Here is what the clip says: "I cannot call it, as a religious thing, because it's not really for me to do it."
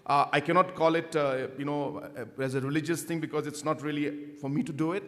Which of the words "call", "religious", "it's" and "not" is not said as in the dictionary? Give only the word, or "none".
none